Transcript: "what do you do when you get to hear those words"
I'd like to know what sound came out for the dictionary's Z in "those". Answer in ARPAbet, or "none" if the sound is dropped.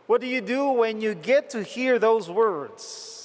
Z